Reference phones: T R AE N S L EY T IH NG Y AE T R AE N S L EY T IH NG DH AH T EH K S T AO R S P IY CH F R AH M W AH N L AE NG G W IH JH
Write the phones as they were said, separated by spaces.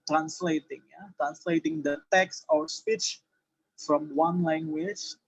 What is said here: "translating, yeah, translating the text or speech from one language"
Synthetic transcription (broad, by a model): T R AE N S L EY T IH NG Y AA T R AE N S L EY T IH NG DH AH T EH K S T AO R S P IY CH F R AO M W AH N L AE NG G W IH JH